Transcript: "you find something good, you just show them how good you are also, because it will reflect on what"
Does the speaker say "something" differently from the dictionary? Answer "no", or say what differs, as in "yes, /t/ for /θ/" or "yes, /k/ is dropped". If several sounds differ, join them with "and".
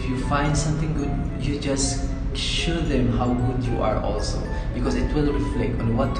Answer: yes, /t/ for /θ/